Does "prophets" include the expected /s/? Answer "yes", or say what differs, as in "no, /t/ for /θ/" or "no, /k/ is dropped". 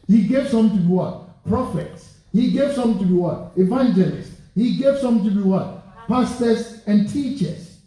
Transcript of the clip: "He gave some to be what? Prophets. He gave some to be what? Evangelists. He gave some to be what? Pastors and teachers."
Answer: yes